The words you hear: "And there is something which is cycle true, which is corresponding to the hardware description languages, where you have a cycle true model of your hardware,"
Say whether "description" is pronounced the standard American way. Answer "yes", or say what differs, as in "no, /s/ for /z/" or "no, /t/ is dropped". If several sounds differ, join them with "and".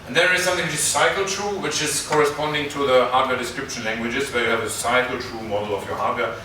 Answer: yes